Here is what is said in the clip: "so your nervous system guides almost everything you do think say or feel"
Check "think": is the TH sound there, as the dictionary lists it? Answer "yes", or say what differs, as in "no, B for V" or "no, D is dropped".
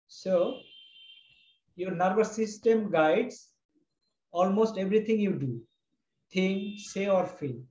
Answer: no, T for TH